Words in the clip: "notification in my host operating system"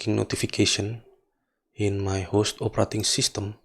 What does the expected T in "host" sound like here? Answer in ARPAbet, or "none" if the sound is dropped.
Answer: T